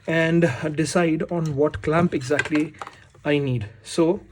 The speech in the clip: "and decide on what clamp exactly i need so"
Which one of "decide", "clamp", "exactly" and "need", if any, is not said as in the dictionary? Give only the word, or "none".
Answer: none